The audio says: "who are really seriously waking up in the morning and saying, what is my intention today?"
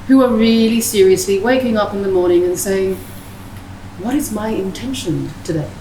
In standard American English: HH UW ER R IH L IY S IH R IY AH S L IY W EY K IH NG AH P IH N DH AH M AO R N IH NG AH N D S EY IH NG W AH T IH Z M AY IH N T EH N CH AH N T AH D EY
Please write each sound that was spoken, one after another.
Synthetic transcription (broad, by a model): HH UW ER R IH L IY S IH R IY AH S L IY W EY K IH NG AH P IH N DH AH M AO R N IH NG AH N S EY IH NG W AH T IH Z M AY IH N T EH N SH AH N T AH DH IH